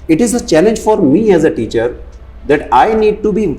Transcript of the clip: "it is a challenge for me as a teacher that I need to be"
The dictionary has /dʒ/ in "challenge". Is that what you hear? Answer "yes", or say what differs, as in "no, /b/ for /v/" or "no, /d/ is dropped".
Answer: yes